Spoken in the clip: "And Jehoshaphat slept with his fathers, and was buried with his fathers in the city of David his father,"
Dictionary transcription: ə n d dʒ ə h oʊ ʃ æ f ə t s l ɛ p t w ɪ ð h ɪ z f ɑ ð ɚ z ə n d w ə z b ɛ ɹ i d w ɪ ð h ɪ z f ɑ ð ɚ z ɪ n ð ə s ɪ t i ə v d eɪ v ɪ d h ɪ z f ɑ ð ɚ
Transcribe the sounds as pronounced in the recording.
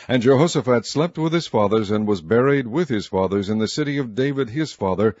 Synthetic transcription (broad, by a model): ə n dʒ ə h oʊ s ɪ f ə t s l ɛ p t w ɪ ð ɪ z f ɑ ð ɚ z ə n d w ə z b ɛ ɹ i d w ɪ ð ɪ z f ɑ ð ɚ z ɪ n ð ə s ɪ t i ə v d eɪ v ɪ d ɪ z f ɑ ð ɚ